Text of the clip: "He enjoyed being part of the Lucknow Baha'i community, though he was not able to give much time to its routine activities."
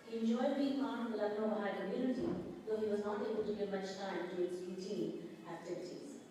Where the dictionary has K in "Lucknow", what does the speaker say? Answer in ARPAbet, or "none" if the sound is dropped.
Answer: none